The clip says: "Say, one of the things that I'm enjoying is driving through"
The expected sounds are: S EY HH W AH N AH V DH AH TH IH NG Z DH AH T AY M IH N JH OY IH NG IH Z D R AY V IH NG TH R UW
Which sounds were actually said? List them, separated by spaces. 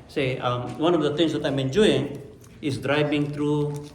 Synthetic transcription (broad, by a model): S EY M W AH N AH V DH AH T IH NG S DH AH T AY M IH N JH OY IH NG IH S D R AY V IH NG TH R UW